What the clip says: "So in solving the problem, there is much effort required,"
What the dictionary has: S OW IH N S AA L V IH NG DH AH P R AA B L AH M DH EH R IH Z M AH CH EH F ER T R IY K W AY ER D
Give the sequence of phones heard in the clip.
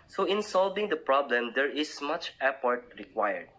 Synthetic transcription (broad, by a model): S OW IH N S AA L V IH NG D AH P R AA B L AH M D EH R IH S M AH CH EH P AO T R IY K W AY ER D